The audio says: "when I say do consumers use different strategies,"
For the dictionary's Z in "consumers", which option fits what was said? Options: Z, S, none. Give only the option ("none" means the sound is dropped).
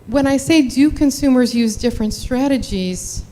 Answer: Z